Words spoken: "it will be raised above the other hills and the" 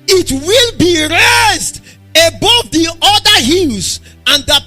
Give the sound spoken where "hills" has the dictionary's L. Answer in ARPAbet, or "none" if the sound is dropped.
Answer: N